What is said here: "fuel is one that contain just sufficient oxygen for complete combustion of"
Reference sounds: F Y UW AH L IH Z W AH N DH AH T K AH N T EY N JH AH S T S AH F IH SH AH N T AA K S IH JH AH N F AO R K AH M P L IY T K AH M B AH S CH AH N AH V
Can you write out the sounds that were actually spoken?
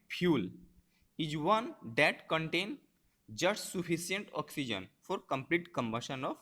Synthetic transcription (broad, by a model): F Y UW L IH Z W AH N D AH T K AH N T EY N JH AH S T S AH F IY S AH N T AA K S IH JH AH N F AO R K AH M P L IY T K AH M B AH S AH N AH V